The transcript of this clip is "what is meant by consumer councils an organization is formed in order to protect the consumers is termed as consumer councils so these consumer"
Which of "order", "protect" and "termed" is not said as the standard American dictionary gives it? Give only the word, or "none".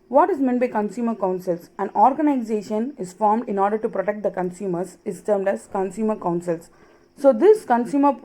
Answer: none